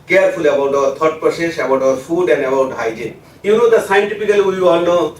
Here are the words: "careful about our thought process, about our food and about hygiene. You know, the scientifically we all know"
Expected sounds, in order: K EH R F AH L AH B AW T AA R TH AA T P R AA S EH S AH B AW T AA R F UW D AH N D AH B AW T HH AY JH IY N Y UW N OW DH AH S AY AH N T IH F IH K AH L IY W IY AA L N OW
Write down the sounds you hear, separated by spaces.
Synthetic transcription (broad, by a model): K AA R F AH L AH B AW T AA R T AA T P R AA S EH SH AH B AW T AA R F UW D AH N D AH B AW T HH AY JH IY N Y UW N OW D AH S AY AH N T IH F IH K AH L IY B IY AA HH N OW